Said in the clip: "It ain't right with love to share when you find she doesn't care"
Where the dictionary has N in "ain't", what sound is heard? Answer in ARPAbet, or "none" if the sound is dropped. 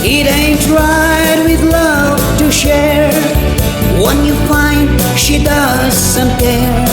N